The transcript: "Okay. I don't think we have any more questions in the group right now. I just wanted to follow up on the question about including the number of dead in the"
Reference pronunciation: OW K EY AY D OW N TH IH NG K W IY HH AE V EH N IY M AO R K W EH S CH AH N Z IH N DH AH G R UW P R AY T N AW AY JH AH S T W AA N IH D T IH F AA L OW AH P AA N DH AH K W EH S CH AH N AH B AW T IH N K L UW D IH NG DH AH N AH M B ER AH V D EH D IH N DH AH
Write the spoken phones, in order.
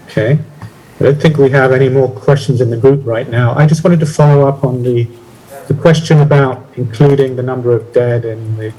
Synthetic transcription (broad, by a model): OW K EY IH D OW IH TH IH NG K W IY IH V EH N IY M AO R K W EH S CH N Z IH N DH AH G R UW P R AY T N AW AY JH AH S T W AA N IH D T IH F AA L OW AH P N DH AH K W EH S CH AH N AH B AW T IH N K L UW D IH NG DH AH N AH M B ER AH V D EH D IH N DH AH